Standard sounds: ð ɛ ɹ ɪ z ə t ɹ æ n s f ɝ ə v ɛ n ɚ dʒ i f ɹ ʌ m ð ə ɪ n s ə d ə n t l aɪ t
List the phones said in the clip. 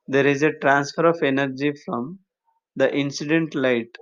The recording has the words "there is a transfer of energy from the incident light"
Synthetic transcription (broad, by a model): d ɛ ɹ ɪ z ə t ɹ æ n s f ɝ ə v ɛ n ɚ dʒ i f ɹ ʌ m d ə ɪ n s ə d ə n t l aɪ t